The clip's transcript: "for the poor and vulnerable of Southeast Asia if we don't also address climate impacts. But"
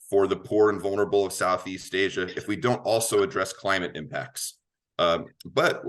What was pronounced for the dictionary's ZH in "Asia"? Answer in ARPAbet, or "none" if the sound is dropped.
ZH